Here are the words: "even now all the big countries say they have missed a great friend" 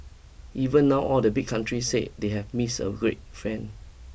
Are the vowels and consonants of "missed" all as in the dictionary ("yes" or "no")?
no